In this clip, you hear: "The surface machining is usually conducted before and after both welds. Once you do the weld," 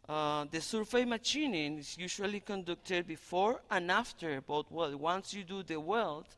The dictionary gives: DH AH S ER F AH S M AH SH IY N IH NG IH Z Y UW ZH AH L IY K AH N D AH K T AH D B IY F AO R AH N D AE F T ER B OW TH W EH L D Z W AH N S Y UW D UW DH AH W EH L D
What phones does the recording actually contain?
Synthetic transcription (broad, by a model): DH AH S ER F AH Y M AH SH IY N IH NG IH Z Y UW SH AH L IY K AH N D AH K T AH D B IY F AO R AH N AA F T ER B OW T W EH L W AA N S Y UW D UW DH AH W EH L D